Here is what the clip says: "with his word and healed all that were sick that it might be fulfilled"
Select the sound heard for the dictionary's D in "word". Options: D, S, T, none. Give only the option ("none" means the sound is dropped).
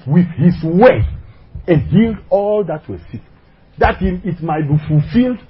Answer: none